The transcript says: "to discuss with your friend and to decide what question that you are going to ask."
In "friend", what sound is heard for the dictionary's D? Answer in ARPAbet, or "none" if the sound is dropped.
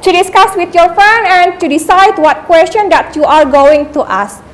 none